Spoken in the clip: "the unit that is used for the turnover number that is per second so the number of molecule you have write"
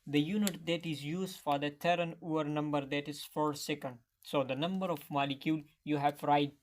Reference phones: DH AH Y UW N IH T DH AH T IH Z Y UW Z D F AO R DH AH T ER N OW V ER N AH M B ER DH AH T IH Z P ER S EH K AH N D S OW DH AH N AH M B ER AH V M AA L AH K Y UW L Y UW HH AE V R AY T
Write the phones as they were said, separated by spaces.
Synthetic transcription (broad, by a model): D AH Y UW N IH T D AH T IH Z Y UW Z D F AO R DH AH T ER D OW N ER N AH M B ER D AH T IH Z F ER S EH K AH N D S OW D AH N AH M B ER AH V M AA L AH K Y UW L Y UW HH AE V R AY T